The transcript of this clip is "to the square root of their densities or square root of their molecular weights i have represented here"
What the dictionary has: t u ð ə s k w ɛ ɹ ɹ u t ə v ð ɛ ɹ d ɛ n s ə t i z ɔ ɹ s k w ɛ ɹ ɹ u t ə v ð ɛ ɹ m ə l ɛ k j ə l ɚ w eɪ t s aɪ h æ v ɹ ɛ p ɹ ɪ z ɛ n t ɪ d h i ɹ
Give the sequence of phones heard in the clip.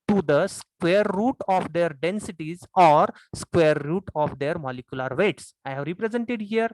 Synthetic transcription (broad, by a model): t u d ə s k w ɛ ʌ ɹ u t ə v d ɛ ɹ d ɛ n s ə t i z ɔ ɹ s k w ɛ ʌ ɹ u t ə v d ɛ ɹ m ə l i k j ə l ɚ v eɪ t s aɪ h æ v ɹ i p ɹ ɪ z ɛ n t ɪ d h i ɹ